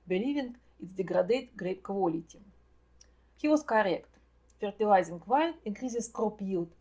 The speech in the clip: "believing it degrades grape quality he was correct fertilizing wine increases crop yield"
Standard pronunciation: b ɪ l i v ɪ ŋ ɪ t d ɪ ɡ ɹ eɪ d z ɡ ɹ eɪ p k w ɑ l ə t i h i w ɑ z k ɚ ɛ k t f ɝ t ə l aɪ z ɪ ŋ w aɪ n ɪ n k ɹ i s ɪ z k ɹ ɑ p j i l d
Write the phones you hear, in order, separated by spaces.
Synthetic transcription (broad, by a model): b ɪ l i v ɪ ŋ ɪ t d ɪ ɡ ɹ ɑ d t ɡ ɹ eɪ p k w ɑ l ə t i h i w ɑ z k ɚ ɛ k t f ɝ t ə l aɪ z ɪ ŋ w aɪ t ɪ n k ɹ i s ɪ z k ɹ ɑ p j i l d